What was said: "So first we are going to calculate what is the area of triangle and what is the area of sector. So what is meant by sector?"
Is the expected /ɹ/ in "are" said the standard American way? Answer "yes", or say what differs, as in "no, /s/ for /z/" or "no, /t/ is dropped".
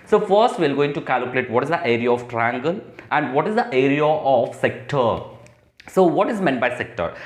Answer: no, /l/ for /ɹ/